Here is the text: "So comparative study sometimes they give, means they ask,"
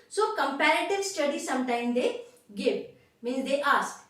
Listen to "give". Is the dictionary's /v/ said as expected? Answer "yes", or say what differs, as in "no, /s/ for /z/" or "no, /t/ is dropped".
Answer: no, /p/ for /v/